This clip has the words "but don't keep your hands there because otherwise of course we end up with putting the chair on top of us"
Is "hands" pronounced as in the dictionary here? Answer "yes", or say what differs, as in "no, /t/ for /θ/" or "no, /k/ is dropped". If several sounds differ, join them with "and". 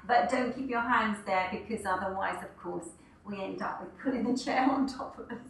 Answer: yes